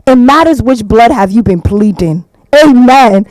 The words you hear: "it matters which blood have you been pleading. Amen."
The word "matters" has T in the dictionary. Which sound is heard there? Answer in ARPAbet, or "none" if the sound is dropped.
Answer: T